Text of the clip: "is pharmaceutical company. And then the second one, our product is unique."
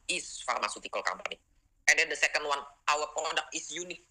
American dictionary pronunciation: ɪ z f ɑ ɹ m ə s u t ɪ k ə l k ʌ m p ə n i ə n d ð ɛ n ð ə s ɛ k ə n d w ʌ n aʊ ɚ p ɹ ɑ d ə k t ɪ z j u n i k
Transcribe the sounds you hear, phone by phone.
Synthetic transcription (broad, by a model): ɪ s f ɑ ɹ m ə s u t ɪ k ə l k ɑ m b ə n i ə n d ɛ n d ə s ɛ k ə n d w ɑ n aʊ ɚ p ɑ d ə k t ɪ s j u n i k